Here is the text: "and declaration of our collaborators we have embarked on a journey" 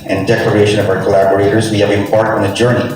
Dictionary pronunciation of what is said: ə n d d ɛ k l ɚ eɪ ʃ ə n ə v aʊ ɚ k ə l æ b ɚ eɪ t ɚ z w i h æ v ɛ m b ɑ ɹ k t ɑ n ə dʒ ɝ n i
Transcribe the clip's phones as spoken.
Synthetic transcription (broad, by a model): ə n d d ɛ k l ɚ eɪ ʃ ə n ə v aʊ ɚ k ə l æ b ɚ eɪ t ɚ z w i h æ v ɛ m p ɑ ɹ t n ə dʒ ɝ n i